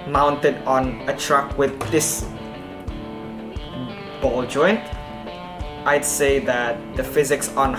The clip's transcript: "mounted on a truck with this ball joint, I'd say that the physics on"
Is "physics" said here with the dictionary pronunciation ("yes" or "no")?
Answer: yes